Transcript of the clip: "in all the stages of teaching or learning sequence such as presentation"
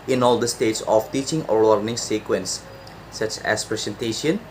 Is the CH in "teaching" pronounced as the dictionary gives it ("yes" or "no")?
yes